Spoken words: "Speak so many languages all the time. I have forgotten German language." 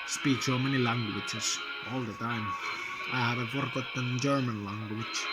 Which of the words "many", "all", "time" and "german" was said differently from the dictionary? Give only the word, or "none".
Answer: none